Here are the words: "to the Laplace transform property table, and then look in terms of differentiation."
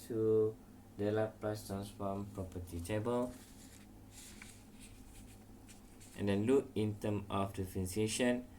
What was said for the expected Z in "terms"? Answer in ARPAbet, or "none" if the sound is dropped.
none